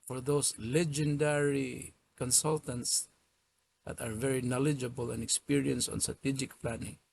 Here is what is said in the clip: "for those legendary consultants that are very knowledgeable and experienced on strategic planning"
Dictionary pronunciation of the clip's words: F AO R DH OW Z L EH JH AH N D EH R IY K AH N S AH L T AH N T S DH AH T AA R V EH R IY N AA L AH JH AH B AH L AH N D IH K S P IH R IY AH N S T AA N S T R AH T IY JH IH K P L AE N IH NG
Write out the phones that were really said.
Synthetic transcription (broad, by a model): F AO R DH OW S L EH JH AH N D EH R IY K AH N S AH L T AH N T S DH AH T AA R V EH R IY N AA L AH JH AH B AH L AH N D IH K S P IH R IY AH N S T AA N S T R AH T IY JH IH K P L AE N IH NG